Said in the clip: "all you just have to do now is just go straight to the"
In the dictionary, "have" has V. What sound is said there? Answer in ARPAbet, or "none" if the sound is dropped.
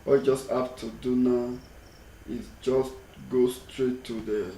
P